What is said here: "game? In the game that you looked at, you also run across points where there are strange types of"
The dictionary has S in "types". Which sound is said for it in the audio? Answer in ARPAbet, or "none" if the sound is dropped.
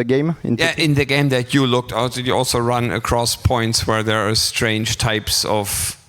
S